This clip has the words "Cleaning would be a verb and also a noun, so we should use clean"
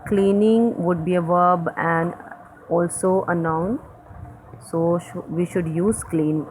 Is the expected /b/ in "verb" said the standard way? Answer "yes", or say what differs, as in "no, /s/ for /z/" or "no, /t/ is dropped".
yes